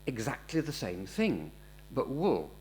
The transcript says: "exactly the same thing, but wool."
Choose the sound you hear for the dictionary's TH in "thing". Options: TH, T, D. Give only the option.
TH